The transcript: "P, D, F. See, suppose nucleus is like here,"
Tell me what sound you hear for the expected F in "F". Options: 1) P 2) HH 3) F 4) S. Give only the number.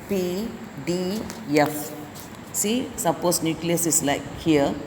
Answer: 3